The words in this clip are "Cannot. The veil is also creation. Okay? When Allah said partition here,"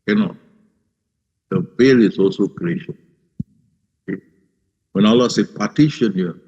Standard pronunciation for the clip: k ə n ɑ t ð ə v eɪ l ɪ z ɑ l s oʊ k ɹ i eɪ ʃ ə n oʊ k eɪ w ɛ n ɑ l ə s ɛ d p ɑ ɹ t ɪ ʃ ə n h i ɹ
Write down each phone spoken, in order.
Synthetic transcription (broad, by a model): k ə n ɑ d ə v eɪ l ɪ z ɑ l s oʊ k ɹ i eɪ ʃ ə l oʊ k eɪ w ɛ n ɑ l ə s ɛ p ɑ t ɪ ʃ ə n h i